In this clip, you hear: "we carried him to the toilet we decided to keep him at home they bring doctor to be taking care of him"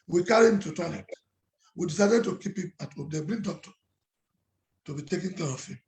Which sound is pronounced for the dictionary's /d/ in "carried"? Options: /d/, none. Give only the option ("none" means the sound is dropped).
none